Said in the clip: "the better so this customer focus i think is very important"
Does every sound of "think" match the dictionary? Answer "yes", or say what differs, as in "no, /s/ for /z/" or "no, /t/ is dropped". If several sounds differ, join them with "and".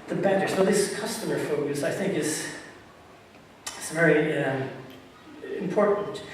yes